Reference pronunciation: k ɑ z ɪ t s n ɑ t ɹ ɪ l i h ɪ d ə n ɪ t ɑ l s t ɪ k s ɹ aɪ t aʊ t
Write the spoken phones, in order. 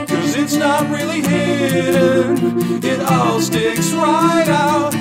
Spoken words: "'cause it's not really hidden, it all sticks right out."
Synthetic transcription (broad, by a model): k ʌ z ɪ t s n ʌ t ɹ ɪ l i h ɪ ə ɪ t ɑ l s t ɪ k s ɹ aɪ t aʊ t